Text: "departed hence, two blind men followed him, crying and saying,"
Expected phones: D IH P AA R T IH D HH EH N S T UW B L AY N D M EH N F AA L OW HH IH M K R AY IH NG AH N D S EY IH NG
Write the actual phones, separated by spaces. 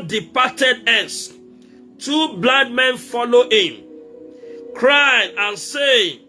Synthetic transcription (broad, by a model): D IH P AA T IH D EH S T UW B L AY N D M EH N F AA L OW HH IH M K R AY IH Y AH N S EY